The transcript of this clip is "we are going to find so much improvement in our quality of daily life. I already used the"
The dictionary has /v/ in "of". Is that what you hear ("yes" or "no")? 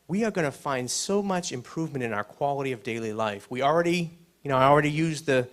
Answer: yes